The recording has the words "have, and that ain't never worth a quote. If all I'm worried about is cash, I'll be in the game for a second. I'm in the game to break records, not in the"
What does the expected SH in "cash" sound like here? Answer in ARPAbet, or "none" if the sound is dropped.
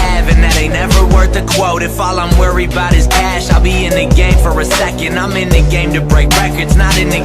SH